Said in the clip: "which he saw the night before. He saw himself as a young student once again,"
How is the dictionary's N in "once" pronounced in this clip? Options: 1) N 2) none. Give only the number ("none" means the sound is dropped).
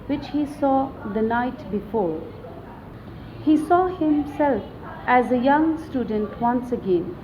1